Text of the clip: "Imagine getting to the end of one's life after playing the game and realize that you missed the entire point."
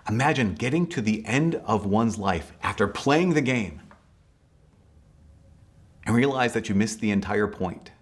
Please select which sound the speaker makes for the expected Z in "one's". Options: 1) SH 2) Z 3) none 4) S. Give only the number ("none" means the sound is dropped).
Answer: 2